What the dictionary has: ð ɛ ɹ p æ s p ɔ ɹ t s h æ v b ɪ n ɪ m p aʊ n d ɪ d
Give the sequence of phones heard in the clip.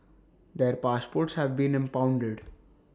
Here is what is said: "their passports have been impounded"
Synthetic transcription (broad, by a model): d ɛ ɹ p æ s p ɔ ɹ t s h æ v b ɪ n ɪ m p aʊ n d ɪ d